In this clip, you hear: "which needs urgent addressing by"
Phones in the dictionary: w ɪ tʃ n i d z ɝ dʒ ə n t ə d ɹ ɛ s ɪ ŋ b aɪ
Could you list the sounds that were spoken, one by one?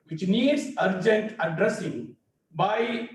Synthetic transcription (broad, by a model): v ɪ tʃ n i d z ɝ dʒ ə n t ə d ɹ ɛ s ɪ ŋ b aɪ